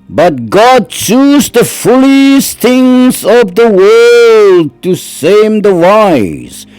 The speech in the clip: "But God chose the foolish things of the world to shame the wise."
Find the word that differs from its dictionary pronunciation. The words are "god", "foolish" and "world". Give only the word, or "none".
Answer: foolish